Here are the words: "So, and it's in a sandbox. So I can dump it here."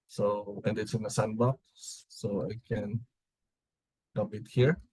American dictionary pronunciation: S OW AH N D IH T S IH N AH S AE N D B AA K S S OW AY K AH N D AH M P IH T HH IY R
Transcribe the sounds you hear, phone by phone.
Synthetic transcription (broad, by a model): S OW AH N D IH T S IH N AH S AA N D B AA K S S OW AY K AH N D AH P IH T HH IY R